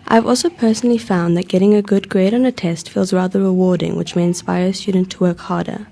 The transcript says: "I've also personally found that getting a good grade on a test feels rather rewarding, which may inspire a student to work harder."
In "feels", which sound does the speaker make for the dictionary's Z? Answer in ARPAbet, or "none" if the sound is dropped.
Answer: Z